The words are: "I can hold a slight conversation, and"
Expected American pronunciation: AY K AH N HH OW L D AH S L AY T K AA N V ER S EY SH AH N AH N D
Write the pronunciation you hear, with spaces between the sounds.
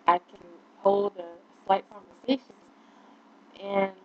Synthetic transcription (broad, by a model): AY K AH N HH OW L D AH S L AY T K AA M V ER S EY SH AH N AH N